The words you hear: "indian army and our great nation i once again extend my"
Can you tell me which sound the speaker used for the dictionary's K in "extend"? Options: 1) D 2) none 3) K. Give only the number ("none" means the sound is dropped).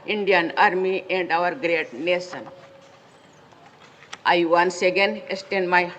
2